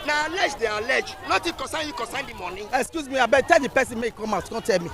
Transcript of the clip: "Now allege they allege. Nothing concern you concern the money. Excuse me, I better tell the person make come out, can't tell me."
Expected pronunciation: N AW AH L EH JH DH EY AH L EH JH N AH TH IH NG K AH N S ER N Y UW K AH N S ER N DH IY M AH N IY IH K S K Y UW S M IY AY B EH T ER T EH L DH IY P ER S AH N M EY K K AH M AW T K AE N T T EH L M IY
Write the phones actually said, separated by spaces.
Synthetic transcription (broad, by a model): N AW AH L EH JH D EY AH L EH JH N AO T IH K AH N S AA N Y UW K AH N S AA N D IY M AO N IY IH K S K Y UW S M IY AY B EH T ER T EH L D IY P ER S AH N M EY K K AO M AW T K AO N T T EH L M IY